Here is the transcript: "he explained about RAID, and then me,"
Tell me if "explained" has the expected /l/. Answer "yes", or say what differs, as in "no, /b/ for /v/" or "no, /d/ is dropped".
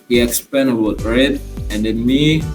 no, /l/ is dropped